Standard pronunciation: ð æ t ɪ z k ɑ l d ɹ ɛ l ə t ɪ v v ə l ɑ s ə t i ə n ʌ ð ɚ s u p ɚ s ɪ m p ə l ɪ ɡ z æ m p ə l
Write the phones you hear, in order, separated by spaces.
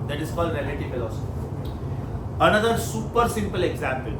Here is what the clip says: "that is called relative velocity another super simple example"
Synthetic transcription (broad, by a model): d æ t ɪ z k ɑ l d ɹ ɛ l ə t ɪ v f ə l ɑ s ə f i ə n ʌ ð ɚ s u p ɚ s ɪ m p ə l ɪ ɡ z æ m p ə l